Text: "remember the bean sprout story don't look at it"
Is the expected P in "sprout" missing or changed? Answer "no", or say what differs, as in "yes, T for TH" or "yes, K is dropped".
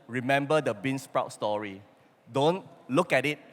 no